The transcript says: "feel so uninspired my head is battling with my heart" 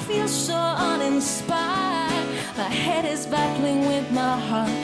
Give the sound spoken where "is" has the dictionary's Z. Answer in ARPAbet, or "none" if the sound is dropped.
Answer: Z